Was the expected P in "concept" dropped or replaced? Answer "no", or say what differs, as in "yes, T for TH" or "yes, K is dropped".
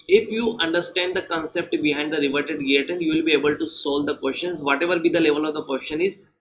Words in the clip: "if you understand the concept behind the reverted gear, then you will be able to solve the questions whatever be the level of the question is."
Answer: no